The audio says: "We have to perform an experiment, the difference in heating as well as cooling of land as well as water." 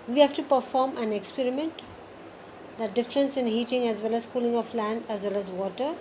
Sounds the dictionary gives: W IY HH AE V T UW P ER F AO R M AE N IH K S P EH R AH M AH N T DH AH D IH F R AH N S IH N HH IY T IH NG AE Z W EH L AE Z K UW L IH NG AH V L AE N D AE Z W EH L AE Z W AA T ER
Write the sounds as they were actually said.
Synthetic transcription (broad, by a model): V IY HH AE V T UW P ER F AO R M AE N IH K S P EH R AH M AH N T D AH D IH F R AH N S IH N HH IY T IH NG AE Z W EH L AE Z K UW L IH NG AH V L AE N D AE Z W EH L AE Z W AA T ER